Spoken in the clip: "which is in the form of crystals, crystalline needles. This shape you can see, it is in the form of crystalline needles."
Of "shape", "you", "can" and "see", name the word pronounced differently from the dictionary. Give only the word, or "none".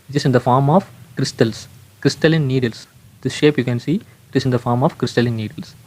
none